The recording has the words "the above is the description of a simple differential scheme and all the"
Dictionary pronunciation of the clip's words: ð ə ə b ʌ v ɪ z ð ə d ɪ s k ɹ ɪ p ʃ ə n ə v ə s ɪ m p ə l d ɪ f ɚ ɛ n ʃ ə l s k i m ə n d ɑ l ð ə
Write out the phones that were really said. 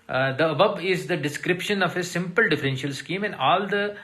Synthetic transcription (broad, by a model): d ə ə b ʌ b ɪ z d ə d ɪ s k ɹ ɪ p ʃ ə n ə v ə s ɪ m p ə l d ɪ f ɚ ɛ n ʃ ə l s k i m ə n d ɑ l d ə